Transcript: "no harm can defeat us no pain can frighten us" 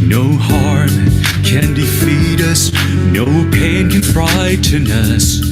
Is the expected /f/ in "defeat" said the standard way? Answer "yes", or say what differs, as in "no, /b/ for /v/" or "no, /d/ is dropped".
yes